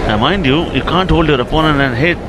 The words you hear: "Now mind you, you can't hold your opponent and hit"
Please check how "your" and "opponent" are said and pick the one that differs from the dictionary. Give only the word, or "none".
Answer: opponent